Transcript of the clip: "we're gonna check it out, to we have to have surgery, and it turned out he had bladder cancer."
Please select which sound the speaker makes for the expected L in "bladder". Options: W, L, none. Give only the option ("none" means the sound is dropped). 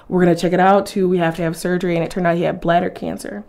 L